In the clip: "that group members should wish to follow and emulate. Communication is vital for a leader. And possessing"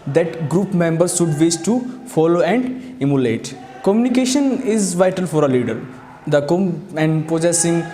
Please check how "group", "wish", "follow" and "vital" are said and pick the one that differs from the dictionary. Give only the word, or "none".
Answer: wish